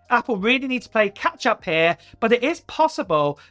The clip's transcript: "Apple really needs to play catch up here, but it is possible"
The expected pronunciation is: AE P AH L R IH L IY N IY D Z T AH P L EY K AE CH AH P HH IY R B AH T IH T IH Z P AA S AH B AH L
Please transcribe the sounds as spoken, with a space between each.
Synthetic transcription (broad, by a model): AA P AH L R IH L IY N IY D T AH P L EY K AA CH AH P HH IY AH B AH T IH T IH Z P AA S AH B AH L